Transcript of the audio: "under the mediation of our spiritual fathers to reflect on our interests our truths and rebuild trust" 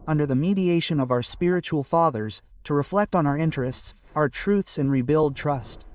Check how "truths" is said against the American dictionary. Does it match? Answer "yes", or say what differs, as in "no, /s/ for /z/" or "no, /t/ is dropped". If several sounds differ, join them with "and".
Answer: yes